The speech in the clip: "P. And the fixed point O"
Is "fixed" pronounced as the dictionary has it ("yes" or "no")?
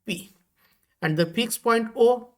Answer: no